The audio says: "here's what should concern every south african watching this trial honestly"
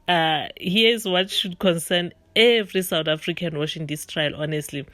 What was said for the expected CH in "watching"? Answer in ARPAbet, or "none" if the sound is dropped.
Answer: SH